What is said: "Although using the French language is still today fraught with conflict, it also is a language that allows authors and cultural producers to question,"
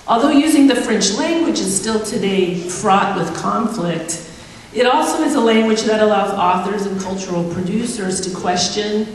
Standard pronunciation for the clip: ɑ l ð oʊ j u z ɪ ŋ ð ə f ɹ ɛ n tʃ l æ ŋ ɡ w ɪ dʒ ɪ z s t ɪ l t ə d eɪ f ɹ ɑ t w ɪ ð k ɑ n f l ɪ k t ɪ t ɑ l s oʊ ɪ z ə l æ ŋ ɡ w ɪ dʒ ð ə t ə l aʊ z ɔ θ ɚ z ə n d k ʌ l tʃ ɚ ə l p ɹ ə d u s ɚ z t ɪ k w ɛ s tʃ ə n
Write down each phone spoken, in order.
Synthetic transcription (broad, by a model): ɑ l ð oʊ j u z ɪ ŋ ð ə f ɹ ɛ n tʃ l æ ŋ ɡ w ɪ dʒ ɪ z s t ɪ l t ə d eɪ f ɹ ɑ t w ɪ ð k ɑ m f l ɪ k t ɪ t ɑ l s oʊ ɪ z ə l æ ŋ ɡ w ɪ dʒ ð ə t ə l aʊ z ɔ θ ɚ z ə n k ʌ l tʃ ɚ l p ɹ ə d u s ɚ z t ɪ k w ɛ s tʃ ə n